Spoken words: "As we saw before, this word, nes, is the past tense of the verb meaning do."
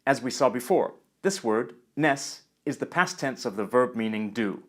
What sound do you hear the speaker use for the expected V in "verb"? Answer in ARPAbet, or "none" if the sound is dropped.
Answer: V